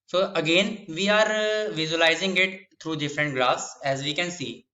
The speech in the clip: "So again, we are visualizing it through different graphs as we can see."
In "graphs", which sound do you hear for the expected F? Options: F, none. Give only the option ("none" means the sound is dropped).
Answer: none